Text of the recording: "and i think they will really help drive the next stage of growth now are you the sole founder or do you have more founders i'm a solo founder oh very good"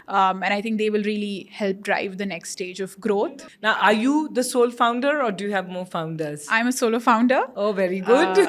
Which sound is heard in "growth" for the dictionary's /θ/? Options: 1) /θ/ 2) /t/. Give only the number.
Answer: 2